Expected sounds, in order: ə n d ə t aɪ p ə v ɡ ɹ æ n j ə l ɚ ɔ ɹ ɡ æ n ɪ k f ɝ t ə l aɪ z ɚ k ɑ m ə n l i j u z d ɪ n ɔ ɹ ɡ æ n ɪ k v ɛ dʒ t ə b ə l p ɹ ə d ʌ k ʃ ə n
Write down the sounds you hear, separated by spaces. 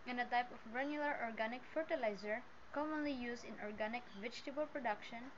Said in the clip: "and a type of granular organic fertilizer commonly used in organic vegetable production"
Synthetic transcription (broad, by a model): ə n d ə t aɪ p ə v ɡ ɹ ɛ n j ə l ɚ ɔ ɹ ɡ æ n ɪ k f ɝ t ə l aɪ z ɚ k ɑ m ə n l i j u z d ɪ n ɔ ɹ ɡ æ n ɪ k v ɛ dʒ t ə b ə l p ɹ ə d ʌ k ʃ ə n